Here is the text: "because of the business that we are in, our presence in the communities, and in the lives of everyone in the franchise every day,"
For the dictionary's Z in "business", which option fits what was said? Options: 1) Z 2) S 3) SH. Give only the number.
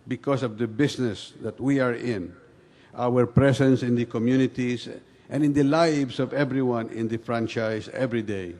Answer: 2